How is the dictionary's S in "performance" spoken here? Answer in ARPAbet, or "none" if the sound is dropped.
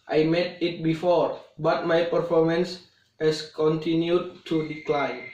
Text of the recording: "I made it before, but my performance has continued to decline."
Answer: S